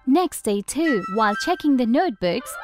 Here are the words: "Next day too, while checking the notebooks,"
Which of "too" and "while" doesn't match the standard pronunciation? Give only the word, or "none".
none